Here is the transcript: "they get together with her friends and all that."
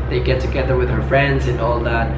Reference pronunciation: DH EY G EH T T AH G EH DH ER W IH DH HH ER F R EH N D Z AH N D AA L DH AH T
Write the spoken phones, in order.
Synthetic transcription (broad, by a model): DH EY G EH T T AH G EH DH ER W IH DH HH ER F R EH N D Z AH N AA L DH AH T